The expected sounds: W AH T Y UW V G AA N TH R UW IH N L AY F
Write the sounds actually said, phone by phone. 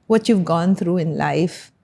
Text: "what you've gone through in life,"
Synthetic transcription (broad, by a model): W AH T Y UW V G AA N T R UW IH N L AY F